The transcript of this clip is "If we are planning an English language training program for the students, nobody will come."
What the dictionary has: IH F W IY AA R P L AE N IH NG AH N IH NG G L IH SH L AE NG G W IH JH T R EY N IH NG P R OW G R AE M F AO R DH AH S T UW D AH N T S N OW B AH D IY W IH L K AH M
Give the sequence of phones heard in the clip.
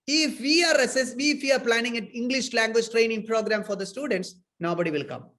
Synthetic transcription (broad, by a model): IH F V IY AA R P L AE N IH NG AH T IH NG G L IH SH L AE NG G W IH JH T R EY N IH NG P R OW G R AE M F AO R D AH S T UW D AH N T S N OW B AH D IY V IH L K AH M